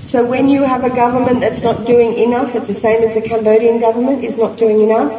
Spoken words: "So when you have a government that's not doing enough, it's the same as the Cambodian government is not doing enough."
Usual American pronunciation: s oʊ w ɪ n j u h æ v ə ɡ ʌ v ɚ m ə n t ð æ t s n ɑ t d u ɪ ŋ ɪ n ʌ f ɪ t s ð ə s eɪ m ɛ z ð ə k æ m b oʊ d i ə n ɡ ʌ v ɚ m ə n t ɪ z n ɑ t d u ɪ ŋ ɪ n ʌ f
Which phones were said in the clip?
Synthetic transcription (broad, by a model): s oʊ w ɪ n j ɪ v ə ɡ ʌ v ɚ m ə n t ð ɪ t s n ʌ t d u ɪ ŋ ɪ n ʌ f ɪ t s ð ə s eɪ m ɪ z ð ə k æ m b oʊ d i ə n ɡ ʌ v ɚ m ə n t ɪ z n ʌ t d u ɪ ŋ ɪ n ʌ f